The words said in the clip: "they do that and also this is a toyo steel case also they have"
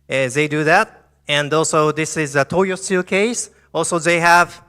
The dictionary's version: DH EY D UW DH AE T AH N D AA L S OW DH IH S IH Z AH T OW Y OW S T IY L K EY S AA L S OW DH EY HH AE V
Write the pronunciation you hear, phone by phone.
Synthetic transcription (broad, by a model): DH EY D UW DH AE T AH N D AA L S OW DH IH S IH Z AH T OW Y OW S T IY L K EY S AA L S OW DH EY HH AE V